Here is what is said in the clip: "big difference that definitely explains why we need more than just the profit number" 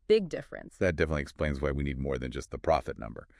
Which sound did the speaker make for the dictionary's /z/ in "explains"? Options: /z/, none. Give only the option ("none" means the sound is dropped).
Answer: /z/